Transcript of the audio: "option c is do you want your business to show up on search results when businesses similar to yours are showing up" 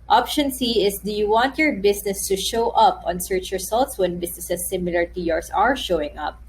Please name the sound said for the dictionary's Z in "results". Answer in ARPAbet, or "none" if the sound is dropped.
S